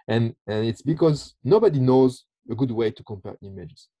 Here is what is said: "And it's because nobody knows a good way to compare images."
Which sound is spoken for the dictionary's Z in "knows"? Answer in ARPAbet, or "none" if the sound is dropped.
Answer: Z